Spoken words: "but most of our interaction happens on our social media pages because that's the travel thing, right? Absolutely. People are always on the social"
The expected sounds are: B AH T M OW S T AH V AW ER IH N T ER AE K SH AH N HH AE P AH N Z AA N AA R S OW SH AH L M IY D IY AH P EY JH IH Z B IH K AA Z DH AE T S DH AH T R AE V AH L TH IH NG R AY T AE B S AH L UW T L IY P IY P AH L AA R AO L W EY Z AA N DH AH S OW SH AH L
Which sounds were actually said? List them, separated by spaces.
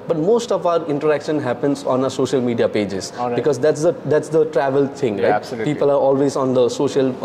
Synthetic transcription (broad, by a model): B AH T M OW S T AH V AW ER IH N T ER AE K SH AH N HH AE P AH N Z AA N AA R S OW SH AH L M IY D IY AH P EY JH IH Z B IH K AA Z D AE T S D AH T R AE V AH L T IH NG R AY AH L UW P IY P AH L AA R AO L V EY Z AA N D AH S OW SH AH L